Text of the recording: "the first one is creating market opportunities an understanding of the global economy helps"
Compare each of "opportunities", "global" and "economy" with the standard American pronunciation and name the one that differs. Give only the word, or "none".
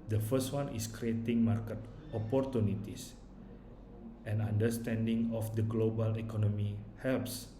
opportunities